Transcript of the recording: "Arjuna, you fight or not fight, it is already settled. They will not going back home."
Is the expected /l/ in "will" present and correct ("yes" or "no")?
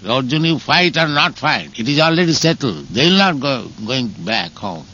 yes